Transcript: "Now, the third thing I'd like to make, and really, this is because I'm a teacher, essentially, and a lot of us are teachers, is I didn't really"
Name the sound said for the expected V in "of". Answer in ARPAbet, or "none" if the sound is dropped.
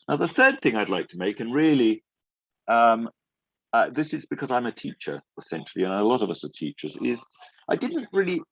V